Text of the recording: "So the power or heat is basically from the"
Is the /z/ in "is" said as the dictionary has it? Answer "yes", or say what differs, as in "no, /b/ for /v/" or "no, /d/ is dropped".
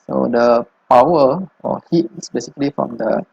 no, /s/ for /z/